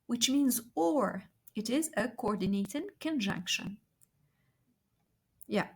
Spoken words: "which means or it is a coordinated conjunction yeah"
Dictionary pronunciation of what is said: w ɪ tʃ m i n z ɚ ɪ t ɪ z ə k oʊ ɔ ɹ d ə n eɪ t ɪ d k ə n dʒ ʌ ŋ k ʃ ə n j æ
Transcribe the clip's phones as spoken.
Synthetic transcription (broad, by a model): w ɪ tʃ m i n z ɚ ɪ t ɪ z ə k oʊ ɔ ɹ d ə n eɪ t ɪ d k ə n dʒ ʌ ŋ k ʃ ə n j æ